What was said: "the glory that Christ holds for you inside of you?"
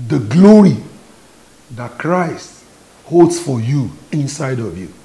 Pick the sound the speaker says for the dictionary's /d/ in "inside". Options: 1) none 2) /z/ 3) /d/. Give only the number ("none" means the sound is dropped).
3